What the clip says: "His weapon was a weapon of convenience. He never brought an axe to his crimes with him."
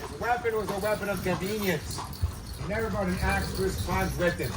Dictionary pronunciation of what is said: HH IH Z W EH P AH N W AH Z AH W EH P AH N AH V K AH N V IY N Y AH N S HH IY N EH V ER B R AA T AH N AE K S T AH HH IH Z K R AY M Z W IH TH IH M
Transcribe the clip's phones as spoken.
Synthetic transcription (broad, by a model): W EH P AH N W AH Z AH W EH P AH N AH V K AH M V IY N Y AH N S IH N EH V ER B AA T AH N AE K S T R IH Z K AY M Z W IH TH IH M